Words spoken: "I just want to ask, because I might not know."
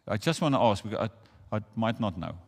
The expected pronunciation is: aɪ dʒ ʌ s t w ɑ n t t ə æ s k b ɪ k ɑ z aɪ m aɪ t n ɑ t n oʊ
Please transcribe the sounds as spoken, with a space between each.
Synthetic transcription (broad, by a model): aɪ dʒ ʌ s t w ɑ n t t ə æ s k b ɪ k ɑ aɪ m aɪ t n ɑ t n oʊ